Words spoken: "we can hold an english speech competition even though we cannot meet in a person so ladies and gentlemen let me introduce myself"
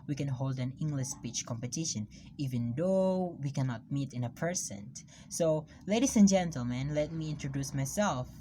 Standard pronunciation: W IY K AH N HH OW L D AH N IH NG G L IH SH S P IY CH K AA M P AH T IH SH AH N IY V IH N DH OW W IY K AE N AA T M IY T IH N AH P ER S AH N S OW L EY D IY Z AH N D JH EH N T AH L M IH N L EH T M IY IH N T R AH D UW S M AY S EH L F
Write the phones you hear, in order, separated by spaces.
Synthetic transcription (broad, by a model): W IY K AH N HH OW L D AH N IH NG G L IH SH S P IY CH K AA M P AH T IH SH AH N IY V IH N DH OW W IY K AE N AA T M IY T IH N AH P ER S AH N S OW L EY D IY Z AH N JH EH N T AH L M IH N L EH T M IY IH N T R AH D UW S M AY S EH L F